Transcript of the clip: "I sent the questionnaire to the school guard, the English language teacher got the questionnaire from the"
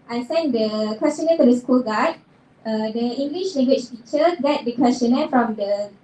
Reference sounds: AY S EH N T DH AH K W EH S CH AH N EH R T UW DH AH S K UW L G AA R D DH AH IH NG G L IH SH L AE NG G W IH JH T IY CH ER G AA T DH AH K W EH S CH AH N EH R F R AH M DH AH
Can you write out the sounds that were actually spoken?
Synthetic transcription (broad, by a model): AY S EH N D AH K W EH S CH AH N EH T UW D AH S K UW L G AA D D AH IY NG G L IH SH L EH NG G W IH CH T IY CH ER G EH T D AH K W EH S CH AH N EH F R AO M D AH